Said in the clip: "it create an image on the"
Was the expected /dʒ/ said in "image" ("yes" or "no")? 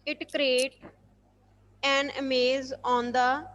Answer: no